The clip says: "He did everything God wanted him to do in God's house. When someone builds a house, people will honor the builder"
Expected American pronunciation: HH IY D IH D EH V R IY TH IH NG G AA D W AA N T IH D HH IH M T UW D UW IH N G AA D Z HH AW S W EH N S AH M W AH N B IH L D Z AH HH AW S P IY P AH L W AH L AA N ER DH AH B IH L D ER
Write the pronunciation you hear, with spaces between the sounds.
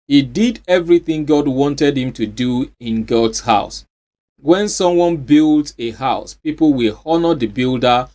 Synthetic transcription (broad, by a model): HH IY D IH D EH V R IY TH IH NG G AA D W AA N T IH D HH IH M T UW D UW IH N G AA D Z HH AW S W EH N S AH M W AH N B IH L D AH HH AW S P IY P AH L W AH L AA N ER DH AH B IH L D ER